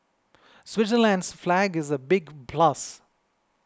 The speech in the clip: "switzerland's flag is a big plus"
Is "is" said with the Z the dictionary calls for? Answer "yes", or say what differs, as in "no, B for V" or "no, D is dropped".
yes